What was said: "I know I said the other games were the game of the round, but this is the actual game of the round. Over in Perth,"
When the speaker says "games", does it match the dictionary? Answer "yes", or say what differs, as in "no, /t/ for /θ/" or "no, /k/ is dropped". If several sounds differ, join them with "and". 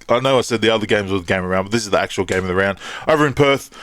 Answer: yes